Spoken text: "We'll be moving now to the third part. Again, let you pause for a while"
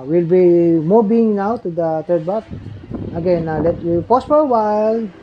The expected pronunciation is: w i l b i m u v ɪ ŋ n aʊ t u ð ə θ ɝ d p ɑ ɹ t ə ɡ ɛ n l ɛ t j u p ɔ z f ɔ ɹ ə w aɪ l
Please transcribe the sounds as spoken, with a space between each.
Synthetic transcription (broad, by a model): w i l b i m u b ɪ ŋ n aʊ t u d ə t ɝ d b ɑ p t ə ɡ ɛ n l ɛ t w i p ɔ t f ɔ ɹ ə w aɪ l